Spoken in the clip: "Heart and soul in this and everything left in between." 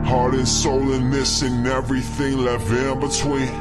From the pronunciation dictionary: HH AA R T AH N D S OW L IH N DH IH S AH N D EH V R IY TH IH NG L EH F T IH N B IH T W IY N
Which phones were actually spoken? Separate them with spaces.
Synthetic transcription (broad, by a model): HH AA R T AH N S OW L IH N DH IH S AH N EH V R IY TH IH NG L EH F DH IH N B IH T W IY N